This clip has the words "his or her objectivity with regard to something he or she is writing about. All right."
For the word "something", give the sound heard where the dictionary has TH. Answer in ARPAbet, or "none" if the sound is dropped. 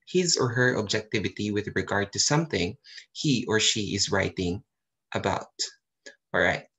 TH